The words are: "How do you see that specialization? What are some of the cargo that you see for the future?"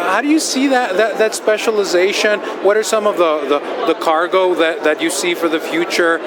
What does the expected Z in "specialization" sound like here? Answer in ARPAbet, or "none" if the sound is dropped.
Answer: Z